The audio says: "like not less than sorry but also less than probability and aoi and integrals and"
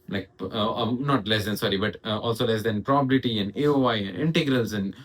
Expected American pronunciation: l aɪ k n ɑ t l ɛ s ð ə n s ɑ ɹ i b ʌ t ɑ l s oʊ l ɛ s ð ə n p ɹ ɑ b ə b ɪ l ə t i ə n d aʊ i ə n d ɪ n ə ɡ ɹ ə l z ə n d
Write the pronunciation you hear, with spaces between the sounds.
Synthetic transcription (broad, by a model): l aɪ k n ɑ t l ɛ s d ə n s ɑ ɹ i b ʌ t ɑ l s oʊ l ɛ s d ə n p ɹ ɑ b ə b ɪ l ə t i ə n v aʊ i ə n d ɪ n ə ɡ ɹ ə l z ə n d